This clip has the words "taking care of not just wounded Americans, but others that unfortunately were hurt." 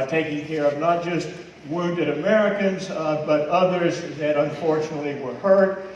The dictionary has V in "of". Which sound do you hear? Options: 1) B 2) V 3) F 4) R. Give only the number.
2